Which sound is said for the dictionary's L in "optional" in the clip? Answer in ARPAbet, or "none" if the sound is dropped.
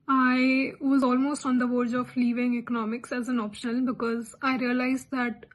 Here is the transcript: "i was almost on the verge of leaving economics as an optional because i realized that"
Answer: N